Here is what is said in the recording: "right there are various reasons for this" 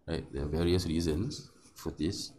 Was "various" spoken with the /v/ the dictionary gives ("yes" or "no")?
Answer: yes